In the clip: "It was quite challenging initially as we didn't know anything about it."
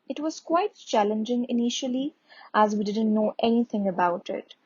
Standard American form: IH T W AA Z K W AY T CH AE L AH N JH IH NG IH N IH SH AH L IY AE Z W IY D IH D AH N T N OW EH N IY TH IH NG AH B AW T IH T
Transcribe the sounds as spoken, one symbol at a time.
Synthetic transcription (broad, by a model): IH T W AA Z K W AY T CH AE L AH N JH IH NG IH N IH SH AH L IY AE Z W IY D IH D AH N T N OW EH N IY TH IH NG AH B AW T IH T